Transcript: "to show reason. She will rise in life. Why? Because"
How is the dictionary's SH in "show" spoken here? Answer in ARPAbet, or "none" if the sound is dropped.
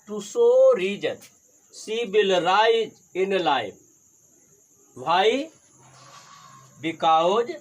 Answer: S